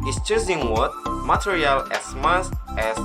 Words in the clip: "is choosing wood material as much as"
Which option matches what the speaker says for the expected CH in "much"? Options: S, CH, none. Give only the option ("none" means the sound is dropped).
S